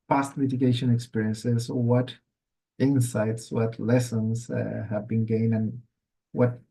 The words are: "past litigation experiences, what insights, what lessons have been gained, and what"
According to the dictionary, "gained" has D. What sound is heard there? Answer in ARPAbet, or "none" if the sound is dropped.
none